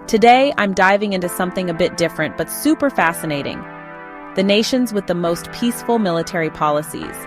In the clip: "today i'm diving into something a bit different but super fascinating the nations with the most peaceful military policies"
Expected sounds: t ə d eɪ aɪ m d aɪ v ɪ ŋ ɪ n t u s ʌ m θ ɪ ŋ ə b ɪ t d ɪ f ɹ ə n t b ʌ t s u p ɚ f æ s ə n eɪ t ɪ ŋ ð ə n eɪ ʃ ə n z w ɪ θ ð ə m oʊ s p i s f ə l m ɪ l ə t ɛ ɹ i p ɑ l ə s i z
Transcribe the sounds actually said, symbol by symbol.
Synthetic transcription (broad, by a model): t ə d eɪ aɪ m d aɪ v ɪ ŋ ɪ n t u s ʌ m θ ɪ ŋ ə b ɪ t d ɪ f ɹ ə n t b ʌ t s u p ɚ f æ s ə n eɪ t ɪ ŋ ð ə n eɪ ʃ ə n z w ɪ ð ə m oʊ s p i s f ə l m ɪ l ə t ɛ ɹ i p ɑ l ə s i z